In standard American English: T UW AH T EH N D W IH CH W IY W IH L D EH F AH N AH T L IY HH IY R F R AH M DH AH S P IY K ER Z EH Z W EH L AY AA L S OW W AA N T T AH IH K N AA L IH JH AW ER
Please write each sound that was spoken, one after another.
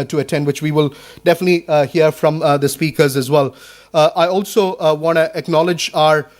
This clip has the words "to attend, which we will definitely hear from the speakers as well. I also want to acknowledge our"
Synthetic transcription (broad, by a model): T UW AH T EH N D W IH CH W IY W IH L D EH F AH N AH T L IY HH IY R F R AH M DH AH S P IY K ER Z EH Z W EH L AY AA L S OW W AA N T T AH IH K N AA L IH JH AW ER